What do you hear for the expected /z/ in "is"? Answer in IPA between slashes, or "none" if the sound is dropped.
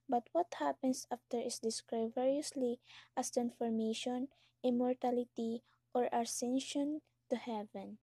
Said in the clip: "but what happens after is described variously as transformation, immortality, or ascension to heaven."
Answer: /s/